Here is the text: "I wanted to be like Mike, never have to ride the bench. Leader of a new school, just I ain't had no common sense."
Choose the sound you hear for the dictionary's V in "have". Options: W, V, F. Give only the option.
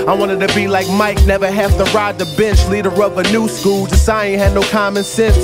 F